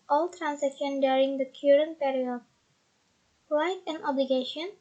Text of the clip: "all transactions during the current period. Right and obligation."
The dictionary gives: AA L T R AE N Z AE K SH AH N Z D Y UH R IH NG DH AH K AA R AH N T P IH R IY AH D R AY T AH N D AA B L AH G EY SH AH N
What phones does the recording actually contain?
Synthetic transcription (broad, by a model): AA L T R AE N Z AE K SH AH N D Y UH R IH NG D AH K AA R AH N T P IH R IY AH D L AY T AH N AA B L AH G EY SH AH N